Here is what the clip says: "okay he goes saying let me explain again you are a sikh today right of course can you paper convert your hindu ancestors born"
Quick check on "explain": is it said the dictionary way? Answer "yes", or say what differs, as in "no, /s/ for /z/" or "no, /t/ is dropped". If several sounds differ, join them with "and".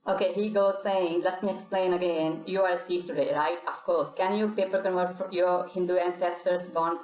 yes